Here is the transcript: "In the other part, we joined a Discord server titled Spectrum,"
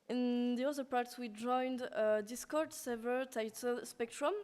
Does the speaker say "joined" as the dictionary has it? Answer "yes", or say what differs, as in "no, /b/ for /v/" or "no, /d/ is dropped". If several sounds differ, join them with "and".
yes